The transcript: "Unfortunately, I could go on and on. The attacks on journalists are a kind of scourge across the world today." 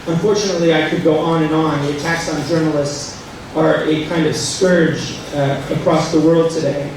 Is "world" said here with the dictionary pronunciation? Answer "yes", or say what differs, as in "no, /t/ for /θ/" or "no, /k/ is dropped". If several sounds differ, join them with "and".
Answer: yes